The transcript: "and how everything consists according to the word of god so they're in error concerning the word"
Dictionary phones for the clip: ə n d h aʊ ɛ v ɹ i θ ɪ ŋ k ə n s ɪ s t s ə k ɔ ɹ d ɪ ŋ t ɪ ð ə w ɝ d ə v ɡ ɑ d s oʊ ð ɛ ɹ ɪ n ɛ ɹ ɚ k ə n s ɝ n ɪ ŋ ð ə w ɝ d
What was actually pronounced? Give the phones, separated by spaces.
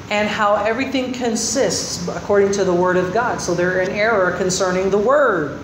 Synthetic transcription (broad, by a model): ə n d h aʊ ɛ v ɹ i θ ɪ ŋ k ə n s ɪ s t s ə k ɔ ɹ d ɪ ŋ t ɪ ð ə w ɝ d ə v ɡ ɑ d s oʊ ð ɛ ɹ ɪ n ɛ ɹ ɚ k ə n s ɝ n ɪ ŋ ð ə w ɝ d